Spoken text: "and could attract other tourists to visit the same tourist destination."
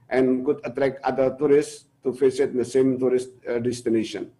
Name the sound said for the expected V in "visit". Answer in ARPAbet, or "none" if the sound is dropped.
F